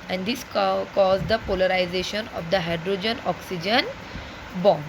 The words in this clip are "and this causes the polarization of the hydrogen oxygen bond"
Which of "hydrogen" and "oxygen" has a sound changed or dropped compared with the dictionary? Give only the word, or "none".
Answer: none